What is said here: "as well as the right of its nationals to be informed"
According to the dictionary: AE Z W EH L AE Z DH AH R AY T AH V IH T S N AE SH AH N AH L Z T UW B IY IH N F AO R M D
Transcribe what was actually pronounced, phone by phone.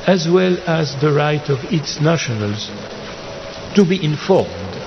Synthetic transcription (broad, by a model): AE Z W EH L AE Z DH AH R AY T AH V IH T S N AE SH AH N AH L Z T UW B IY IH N F AO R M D